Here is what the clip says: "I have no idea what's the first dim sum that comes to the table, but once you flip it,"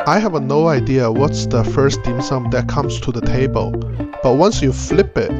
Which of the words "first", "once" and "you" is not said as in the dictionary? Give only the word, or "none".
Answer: none